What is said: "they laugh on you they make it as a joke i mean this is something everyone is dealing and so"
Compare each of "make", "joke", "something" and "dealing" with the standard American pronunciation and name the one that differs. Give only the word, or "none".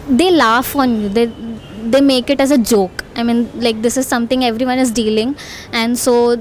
something